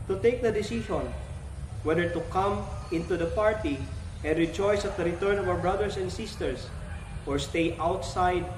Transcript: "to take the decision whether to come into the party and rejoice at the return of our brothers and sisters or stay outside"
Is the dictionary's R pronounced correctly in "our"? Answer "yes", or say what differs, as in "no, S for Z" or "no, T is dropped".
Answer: no, W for R